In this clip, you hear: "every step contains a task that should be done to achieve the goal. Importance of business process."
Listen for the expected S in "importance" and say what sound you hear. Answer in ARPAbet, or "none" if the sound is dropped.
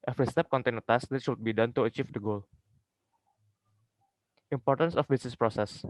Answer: S